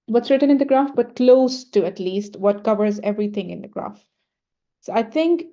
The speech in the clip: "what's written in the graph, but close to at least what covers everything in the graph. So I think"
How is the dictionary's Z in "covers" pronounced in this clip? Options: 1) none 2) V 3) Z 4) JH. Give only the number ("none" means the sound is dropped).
3